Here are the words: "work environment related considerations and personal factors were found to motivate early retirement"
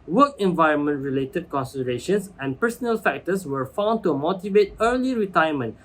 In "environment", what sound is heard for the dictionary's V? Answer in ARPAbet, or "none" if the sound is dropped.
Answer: V